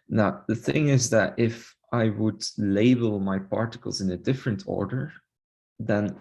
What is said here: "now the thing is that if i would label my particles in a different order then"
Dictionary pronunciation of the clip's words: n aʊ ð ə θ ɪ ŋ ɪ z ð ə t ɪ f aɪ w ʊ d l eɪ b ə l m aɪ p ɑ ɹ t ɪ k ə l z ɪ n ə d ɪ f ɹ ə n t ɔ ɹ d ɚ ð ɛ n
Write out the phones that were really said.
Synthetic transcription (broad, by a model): n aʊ ð ə θ ɪ ŋ ɪ z ð ə t ɪ f aɪ w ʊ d l eɪ b ə l m aɪ p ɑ ɹ t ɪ k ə l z ɪ n ə d ɪ f ɹ ə n t ɔ ɹ d ɚ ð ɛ n